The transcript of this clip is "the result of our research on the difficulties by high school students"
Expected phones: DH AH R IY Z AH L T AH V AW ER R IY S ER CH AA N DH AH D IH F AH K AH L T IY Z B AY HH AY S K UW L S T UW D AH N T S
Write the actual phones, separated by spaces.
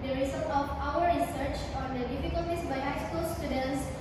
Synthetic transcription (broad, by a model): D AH R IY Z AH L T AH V AW ER R IY S ER CH AA N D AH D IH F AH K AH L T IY S B AY HH AY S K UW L S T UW D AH N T S